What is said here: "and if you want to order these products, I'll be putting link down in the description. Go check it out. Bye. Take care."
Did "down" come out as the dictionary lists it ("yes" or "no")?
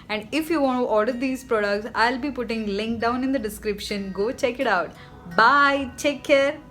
yes